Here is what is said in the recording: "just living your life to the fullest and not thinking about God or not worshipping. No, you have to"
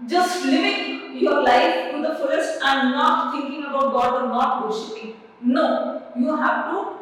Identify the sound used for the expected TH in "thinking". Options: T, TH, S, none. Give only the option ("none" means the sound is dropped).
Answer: T